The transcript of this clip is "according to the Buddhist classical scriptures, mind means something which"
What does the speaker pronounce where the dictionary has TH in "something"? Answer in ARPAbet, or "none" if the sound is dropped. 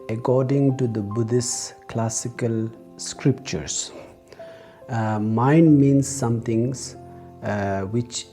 T